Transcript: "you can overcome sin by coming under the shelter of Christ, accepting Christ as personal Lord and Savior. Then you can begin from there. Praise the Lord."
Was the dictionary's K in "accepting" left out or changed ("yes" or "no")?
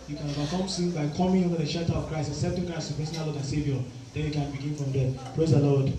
yes